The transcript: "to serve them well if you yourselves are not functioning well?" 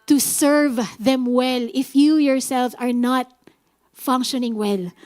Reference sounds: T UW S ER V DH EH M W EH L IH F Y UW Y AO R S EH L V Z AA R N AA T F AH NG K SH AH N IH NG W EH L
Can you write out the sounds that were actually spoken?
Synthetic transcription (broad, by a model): T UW S ER V DH EH M W EH L IH F Y UW Y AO R S EH L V AA R N AA T F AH NG K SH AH N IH NG W EH L